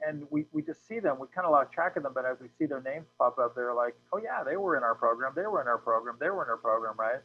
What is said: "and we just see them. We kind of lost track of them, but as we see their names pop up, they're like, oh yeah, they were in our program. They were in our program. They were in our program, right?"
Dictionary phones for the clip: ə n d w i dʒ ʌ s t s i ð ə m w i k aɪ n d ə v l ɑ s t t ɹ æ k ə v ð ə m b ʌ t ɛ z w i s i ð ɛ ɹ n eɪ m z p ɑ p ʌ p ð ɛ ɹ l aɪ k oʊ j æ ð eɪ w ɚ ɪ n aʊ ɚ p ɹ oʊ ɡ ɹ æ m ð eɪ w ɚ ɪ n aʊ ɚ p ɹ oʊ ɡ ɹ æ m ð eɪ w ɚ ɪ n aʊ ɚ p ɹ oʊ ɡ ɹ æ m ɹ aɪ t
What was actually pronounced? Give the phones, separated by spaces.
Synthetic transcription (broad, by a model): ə n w w i dʒ ʌ s t s i ð ə m w i k aɪ n d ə l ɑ t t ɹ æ k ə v ð ə m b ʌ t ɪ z w i s i ð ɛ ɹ n eɪ m z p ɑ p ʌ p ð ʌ ɹ l aɪ k oʊ j æ ð eɪ w ɚ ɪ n aʊ ɚ p ɹ oʊ ɡ ɹ æ m ð eɪ w ɚ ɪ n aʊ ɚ p ɹ oʊ ɡ ɹ æ m ð eɪ w ɚ ɪ n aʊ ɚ p ɹ oʊ ɡ ɹ æ m ɹ aɪ t